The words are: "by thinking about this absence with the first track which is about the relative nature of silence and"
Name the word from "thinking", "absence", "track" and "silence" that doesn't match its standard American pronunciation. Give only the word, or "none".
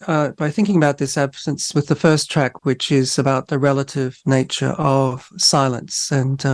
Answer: none